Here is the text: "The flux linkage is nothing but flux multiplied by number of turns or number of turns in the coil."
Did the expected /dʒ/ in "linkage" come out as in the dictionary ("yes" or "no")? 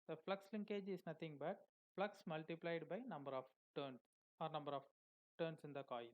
yes